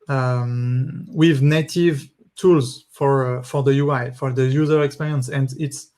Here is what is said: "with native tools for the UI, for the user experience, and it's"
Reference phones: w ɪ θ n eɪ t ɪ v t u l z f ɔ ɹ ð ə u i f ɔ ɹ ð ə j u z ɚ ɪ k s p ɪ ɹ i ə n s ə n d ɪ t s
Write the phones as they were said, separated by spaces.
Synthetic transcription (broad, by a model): w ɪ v n eɪ t ɪ v t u l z f ɔ ɹ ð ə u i f ɔ ɹ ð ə j u z ɚ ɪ k s p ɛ ɹ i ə n s ə n d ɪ t s